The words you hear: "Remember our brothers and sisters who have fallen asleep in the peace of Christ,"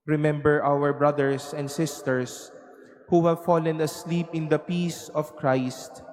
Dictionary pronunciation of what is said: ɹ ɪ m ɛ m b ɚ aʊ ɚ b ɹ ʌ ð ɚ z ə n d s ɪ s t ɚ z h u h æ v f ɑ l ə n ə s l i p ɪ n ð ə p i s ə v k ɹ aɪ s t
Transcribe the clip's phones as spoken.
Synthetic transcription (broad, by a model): ɹ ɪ m ɛ m b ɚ aʊ ɚ b ɹ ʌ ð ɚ s ə n d s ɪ s t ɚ s h u h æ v f ɑ l ə n ə s l i p ɪ n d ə p i s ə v k ɹ aɪ s t